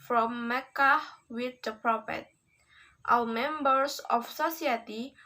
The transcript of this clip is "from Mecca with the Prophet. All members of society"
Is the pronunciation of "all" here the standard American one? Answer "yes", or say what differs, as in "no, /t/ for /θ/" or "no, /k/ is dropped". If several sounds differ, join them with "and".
no, /w/ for /l/